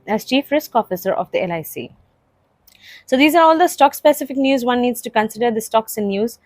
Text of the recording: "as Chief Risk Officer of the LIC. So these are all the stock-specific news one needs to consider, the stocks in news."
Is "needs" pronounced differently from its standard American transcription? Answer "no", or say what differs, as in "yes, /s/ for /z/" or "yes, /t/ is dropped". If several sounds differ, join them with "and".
no